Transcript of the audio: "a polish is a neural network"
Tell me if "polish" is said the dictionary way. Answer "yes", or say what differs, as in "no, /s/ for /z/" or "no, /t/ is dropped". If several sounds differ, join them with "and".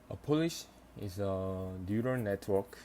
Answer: yes